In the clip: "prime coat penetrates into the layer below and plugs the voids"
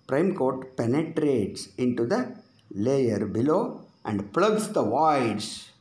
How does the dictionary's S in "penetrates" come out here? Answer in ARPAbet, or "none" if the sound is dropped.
S